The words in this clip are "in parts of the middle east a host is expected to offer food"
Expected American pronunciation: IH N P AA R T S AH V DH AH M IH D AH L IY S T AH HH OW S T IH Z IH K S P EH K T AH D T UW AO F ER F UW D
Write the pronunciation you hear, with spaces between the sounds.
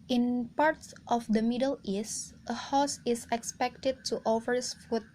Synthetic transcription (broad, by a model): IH N P AA R T S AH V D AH M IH D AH L IY S T AH HH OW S IH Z IH K S P EH K T AH D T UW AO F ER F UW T